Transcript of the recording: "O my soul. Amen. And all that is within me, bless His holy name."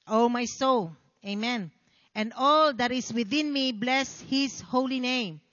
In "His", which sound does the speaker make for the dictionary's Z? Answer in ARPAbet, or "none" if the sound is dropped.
S